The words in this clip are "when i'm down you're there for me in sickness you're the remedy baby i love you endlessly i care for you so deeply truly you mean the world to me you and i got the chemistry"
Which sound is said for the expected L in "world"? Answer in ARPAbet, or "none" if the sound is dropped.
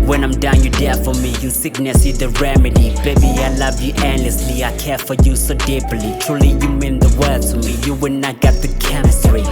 none